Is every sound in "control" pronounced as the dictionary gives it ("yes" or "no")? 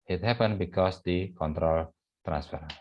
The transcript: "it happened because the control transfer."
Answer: yes